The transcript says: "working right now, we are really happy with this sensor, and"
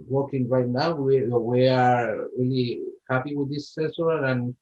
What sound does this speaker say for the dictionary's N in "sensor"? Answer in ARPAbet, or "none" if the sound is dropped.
none